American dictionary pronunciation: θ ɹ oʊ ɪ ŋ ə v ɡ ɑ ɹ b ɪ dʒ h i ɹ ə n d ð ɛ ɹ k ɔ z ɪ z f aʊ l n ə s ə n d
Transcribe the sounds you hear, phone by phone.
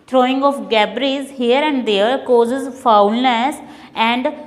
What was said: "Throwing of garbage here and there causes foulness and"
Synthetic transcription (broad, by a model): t ɹ oʊ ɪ ŋ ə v ɡ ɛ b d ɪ z h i ɹ ə n d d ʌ ɹ k ɔ z ɪ z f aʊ l n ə s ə n d